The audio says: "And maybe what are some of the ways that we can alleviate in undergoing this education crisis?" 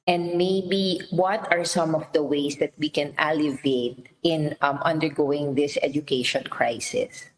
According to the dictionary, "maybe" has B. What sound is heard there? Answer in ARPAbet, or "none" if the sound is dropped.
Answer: B